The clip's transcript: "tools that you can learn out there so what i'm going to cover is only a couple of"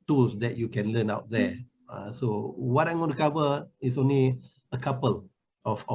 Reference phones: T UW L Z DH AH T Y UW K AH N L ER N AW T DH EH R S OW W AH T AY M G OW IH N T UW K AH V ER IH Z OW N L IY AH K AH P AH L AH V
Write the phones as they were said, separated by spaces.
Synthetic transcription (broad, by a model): T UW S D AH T Y UW K AH N L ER N AW T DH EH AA S OW W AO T AY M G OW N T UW K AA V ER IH S OW N L IY AH K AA P AH L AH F